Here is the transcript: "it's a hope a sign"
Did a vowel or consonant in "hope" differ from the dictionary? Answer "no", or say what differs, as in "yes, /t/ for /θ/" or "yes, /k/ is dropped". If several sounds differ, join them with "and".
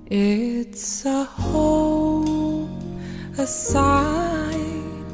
yes, /p/ is dropped